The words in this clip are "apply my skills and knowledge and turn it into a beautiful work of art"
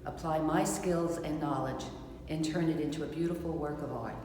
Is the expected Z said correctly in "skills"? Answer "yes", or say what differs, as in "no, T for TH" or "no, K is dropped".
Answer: yes